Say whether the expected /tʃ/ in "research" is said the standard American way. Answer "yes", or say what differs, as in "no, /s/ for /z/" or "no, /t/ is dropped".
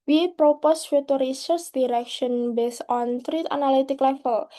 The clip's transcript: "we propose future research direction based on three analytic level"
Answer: no, /s/ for /tʃ/